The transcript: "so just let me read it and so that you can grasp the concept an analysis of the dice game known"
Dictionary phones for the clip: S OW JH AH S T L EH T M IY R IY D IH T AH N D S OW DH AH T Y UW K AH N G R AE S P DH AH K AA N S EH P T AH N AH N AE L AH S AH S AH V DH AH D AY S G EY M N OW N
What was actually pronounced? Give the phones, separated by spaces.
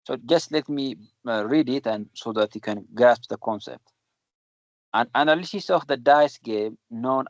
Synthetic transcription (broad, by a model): S OW JH AH S T L EH T M IY R IY D IH T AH N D S OW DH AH T Y UW K AH N G AE S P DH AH K AA N S EH P T AH N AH N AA L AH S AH S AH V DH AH D AY S G EY M N OW N